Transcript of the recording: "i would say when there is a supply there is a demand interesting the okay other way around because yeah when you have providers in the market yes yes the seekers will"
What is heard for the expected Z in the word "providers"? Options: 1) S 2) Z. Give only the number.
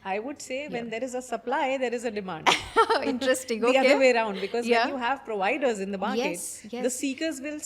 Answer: 2